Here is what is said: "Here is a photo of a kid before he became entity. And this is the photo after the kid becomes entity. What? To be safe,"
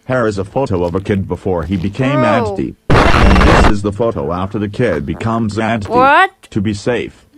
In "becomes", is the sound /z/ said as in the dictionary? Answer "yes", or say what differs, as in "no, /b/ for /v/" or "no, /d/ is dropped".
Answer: yes